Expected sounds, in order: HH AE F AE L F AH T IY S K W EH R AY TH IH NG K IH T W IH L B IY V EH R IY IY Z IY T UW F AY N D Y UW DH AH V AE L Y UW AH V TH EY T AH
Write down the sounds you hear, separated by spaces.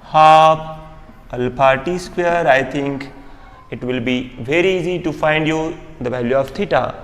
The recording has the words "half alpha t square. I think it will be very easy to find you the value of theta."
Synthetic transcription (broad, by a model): HH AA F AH L P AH T IY S K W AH R AY T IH NG K IH T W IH L B IY V EH R IY IY Z IY T UW F AY N D Y UW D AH V AE L Y UW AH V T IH T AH